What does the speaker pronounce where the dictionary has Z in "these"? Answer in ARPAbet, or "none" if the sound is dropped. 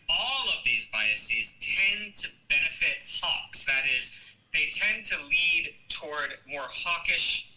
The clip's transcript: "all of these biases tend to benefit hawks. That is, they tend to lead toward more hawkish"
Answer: Z